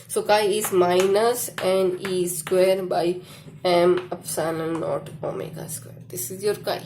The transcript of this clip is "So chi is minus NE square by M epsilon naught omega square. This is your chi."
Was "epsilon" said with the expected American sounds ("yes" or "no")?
no